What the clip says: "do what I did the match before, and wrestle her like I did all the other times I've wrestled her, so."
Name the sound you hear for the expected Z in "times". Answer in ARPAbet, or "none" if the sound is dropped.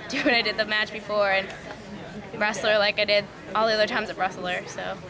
Z